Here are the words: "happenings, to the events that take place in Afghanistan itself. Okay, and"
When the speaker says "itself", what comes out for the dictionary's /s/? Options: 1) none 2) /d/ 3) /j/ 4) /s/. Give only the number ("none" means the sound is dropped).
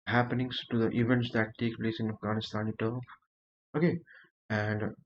1